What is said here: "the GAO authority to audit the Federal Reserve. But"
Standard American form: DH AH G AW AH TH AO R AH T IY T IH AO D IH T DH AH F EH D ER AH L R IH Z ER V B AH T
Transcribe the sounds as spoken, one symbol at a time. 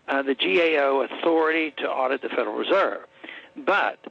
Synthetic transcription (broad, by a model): DH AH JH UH AH TH AO R AH T IY T IH AO D IH T DH AH F EH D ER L R IH Z ER V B AH T